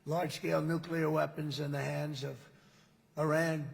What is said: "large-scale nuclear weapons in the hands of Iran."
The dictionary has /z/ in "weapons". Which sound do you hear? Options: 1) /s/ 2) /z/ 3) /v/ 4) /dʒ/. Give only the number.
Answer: 2